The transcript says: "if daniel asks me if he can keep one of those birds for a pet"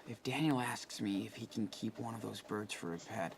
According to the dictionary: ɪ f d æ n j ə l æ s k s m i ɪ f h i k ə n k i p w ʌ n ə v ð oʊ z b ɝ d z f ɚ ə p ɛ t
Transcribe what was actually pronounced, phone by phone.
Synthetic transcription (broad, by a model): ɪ f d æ n j l æ s k s m i ɪ f h i k n k i p w ʌ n ə v ð oʊ z b ɝ d z f ɚ ə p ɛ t